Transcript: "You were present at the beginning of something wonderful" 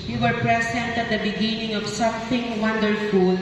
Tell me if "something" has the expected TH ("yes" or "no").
no